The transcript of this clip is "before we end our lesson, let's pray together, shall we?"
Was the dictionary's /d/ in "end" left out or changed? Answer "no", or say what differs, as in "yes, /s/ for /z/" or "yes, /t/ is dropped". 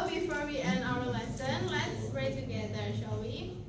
yes, /d/ is dropped